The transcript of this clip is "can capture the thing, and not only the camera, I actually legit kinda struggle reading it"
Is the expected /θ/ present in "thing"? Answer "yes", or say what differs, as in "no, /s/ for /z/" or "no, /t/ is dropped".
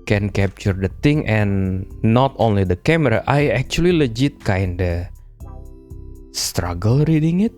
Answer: no, /t/ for /θ/